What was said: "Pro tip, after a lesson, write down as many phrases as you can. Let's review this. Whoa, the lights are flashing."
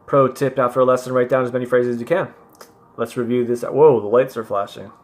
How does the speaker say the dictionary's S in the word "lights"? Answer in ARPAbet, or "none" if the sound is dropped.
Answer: S